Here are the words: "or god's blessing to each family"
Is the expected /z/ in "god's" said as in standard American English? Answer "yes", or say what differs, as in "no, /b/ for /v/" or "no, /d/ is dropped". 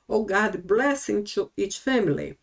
no, /z/ is dropped